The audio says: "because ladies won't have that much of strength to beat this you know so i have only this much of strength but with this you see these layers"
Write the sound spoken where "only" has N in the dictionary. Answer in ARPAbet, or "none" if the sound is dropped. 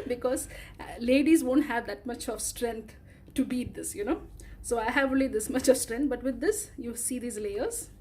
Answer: none